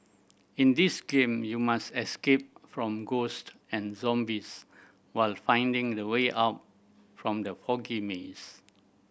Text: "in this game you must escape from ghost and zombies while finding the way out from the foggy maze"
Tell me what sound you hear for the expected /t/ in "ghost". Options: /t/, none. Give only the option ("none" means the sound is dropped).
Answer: /t/